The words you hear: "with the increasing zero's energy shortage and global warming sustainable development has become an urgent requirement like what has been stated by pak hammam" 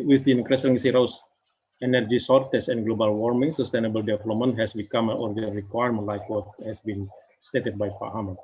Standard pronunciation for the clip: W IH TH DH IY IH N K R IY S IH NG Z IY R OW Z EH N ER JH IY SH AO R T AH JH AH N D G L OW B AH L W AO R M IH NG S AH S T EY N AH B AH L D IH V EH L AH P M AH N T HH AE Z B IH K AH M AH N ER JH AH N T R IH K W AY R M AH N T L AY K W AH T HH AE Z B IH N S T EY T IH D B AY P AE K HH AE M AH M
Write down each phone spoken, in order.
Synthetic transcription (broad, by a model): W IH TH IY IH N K R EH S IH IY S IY R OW S EH N ER JH IY S AO R T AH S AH N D G L OW B AH L W AO R M IH NG S AH S T EY N AH B AH L D IH V EH L AH P M AH N T HH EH S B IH K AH M AH N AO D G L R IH K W AY R M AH N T L AY K W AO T HH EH S B IH N S T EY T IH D B AY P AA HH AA M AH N